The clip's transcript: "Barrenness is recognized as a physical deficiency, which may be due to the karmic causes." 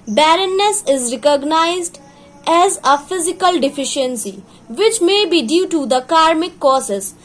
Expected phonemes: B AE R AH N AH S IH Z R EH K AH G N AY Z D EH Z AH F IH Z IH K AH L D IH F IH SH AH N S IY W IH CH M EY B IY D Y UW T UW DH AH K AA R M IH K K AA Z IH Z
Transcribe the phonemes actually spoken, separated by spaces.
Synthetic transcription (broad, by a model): B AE R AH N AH S IH Z R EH K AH G N AY Z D EH Z AH F IH Z IH K AH L D IH F IH SH AH N S IY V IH CH M EY B IY D Y UW T UW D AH K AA R M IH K K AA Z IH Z